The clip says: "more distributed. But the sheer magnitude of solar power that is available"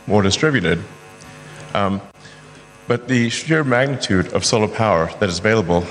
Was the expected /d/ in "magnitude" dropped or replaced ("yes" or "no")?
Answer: no